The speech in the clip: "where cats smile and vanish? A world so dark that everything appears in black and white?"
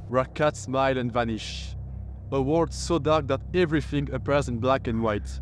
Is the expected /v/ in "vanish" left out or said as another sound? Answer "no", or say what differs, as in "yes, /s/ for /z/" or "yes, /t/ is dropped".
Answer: no